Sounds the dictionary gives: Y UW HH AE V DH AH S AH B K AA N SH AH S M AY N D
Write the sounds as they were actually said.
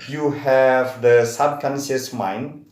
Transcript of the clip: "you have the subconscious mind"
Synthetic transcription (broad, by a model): Y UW HH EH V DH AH S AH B K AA N S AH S M AY N